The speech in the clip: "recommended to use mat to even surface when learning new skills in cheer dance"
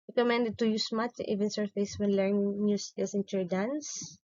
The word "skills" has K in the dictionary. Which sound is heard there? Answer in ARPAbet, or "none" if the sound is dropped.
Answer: none